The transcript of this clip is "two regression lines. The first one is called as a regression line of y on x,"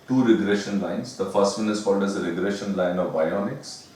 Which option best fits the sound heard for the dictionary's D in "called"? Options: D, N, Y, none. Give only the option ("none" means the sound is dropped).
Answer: D